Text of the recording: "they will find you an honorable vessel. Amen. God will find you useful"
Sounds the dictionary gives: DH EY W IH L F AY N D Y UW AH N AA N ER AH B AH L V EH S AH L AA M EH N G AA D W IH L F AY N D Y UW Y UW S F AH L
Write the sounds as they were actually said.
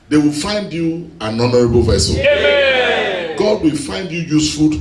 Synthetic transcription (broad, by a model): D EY W IH L F AY N D Y UW AH N AA N ER AH B AH L V EH S AH L G AA D W IH L F AY N D Y UW Y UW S F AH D